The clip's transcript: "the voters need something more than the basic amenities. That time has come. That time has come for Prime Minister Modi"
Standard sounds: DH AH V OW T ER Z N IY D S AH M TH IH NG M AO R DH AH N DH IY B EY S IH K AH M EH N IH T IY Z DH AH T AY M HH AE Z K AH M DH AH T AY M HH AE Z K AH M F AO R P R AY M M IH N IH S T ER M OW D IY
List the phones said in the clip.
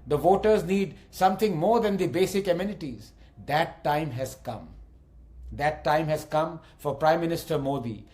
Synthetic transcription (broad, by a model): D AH V OW T ER Z N IY D S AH M T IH NG M AO R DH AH N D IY B EY S IH K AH M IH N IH T IY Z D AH T AY M HH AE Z K AH M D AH T AY M HH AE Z K AH M F AO R P R AY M M IH N IH S T ER M OW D IY